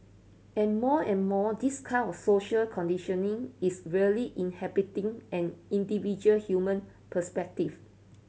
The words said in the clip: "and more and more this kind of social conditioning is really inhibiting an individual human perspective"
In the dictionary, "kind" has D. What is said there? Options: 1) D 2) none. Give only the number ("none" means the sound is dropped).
2